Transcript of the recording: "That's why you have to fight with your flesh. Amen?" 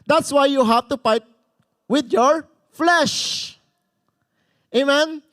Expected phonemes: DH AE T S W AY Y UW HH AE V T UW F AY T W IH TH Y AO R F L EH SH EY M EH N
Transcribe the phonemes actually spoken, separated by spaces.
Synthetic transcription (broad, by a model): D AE T S W AY Y UW HH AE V T UW P AY T W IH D Y AO R F L EH SH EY M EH N